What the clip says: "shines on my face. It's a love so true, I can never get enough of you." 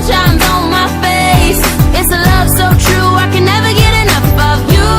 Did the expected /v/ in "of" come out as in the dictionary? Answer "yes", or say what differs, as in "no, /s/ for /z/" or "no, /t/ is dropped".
yes